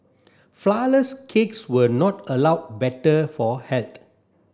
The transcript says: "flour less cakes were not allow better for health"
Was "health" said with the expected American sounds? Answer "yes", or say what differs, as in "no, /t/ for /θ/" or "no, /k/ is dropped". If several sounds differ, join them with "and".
no, /t/ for /θ/